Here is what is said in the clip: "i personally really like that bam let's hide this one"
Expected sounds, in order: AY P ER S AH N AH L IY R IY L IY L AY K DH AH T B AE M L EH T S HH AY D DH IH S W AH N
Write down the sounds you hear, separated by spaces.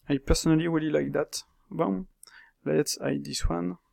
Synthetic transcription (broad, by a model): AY P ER S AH N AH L IY W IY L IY L AY K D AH T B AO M L EH T S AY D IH S W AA N